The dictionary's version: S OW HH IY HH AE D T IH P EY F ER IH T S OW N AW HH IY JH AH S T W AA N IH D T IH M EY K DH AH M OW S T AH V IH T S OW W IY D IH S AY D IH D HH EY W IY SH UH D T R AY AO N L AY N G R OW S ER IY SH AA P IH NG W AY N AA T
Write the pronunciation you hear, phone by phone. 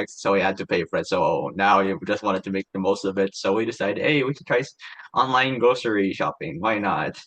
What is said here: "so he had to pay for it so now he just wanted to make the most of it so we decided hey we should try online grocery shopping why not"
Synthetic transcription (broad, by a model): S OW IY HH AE D T IH P EY F ER IH T S OW N AW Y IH JH AH S T W AA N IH D T IH M EY K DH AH M OW S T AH B IH T S OW W IY D IH S AY D IH D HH EY W IY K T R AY AO N L AY N G OW S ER IY SH AA P IH NG W AY N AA T